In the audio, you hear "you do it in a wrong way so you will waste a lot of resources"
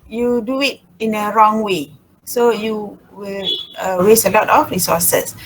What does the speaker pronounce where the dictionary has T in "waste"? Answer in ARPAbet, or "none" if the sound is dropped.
none